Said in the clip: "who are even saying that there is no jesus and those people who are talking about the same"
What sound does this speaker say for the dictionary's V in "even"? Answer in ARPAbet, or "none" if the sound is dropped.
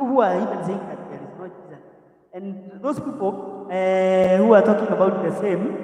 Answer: P